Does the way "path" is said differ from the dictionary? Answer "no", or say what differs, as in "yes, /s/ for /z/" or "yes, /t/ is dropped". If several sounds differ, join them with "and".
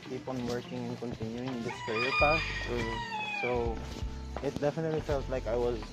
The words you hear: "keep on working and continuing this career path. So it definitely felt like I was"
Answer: yes, /s/ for /θ/